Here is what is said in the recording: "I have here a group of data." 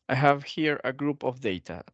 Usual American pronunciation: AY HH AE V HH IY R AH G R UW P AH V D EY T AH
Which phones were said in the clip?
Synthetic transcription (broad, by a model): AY HH AE V HH IY R AH G R UW P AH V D EY T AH